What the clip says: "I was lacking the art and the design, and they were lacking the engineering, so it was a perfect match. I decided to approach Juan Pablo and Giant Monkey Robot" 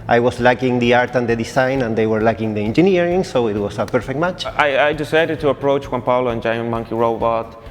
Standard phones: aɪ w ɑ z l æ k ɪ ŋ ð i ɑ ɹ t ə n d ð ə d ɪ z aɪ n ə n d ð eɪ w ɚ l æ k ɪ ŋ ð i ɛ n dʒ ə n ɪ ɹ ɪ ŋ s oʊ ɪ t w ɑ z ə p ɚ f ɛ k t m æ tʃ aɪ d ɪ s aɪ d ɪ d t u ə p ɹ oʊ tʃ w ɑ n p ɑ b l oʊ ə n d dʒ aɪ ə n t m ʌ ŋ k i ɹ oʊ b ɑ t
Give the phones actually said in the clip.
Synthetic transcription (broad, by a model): aɪ w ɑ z l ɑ k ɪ ŋ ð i ɑ ɹ t ə n d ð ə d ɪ s aɪ n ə n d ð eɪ w ɚ l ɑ k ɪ ŋ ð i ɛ n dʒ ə n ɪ ɹ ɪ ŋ s oʊ ɪ t w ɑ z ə p ɚ f ɛ k t m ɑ tʃ aɪ d ɪ s aɪ d ɪ d t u ə p ɹ oʊ tʃ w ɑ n p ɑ l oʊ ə n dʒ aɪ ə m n m ʌ ŋ k i ɹ oʊ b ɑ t